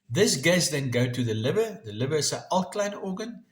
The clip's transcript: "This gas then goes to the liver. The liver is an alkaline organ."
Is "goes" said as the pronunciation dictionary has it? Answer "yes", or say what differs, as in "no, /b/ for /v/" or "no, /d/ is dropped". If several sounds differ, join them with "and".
no, /z/ is dropped